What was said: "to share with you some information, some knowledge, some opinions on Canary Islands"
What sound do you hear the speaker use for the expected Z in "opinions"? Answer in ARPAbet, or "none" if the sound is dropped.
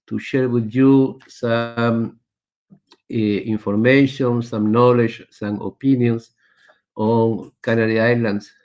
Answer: S